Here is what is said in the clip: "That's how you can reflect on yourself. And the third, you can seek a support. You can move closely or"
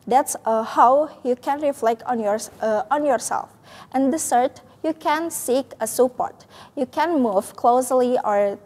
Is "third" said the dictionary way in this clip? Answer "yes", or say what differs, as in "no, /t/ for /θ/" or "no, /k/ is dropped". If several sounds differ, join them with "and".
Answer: no, /s/ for /θ/